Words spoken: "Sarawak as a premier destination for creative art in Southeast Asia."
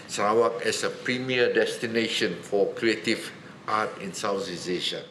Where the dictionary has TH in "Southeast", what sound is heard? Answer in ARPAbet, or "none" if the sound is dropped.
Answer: S